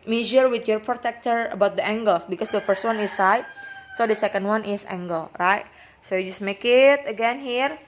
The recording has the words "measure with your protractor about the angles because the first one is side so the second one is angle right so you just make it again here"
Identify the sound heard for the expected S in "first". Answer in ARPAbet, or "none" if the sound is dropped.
S